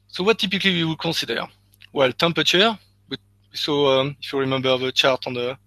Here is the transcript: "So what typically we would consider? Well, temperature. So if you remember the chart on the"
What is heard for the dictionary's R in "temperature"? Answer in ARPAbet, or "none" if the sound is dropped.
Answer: W